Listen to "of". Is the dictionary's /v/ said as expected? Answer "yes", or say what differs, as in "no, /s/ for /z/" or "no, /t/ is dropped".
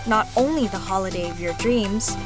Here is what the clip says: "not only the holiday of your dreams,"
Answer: yes